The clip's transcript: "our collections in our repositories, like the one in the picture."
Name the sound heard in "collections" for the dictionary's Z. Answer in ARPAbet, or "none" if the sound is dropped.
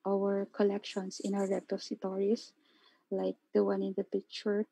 S